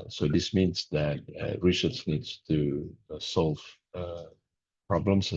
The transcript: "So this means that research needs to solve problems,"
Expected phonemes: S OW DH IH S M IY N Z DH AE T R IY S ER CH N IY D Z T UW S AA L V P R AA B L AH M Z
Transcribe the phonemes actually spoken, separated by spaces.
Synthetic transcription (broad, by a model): S OW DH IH S M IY N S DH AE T R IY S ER S N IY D S T UW S AA L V P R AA B L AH M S